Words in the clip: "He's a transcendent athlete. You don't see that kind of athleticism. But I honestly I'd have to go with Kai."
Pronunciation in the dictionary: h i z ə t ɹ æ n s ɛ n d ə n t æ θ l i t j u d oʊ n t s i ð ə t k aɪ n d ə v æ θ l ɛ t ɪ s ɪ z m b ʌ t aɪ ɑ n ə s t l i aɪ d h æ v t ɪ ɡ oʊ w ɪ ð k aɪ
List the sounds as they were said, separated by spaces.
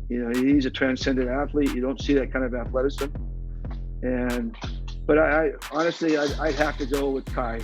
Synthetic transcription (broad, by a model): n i z ə t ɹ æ n s ɛ n d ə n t æ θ l i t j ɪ d oʊ n t s i ð ə t k aɪ n d ə v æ θ l ɛ t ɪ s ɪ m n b ʌ t aɪ ɑ n ə s t l i aɪ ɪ h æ f t ɪ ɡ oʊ w ɪ ð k aɪ